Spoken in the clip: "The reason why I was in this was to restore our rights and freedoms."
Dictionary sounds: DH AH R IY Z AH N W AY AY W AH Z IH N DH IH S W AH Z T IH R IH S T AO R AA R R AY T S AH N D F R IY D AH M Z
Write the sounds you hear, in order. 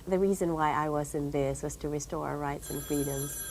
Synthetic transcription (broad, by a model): DH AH R IY Z AH N W AY AY W AH Z IH N DH IH S W AH Z T IH R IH S T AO AA R R AY T S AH N F R IY D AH M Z